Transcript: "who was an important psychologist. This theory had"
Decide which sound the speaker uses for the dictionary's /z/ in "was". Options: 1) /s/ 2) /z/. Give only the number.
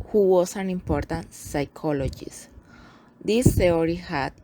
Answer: 1